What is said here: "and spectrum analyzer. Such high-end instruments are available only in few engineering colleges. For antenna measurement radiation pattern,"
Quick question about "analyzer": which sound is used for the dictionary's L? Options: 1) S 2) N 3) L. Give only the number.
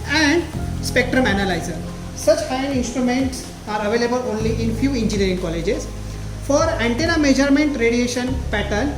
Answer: 3